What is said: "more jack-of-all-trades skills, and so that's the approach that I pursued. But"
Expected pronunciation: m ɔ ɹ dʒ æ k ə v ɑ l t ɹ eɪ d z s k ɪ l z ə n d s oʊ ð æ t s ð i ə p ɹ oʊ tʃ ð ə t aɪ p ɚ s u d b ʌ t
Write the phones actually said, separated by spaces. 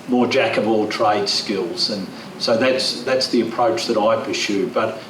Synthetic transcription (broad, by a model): m ɔ ɹ dʒ æ k ə v ɑ l t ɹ eɪ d s k ɪ l z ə n s oʊ ð æ t s ð i ə p ɹ oʊ tʃ ð ə t aɪ p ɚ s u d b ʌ t